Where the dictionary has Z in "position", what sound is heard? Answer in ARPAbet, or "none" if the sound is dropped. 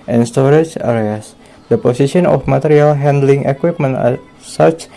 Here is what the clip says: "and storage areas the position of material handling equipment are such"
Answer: S